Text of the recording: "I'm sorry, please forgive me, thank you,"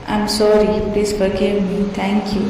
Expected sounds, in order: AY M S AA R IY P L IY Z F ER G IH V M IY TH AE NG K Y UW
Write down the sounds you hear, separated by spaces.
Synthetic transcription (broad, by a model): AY M S AA R IY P L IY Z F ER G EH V M IY T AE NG K Y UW